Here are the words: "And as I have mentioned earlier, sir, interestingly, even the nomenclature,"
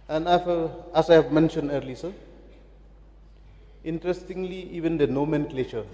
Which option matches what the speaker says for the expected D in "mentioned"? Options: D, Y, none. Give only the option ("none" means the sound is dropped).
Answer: D